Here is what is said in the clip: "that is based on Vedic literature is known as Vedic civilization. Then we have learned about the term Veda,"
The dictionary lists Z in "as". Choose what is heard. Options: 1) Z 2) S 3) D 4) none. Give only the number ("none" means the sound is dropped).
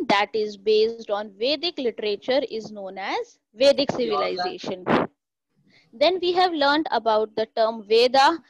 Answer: 1